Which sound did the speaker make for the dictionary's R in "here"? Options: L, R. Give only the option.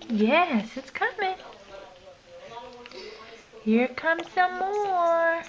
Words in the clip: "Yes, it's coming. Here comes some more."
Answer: R